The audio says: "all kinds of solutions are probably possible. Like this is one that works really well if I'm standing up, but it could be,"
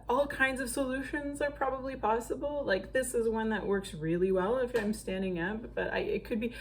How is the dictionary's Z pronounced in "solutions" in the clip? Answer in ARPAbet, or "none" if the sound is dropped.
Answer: Z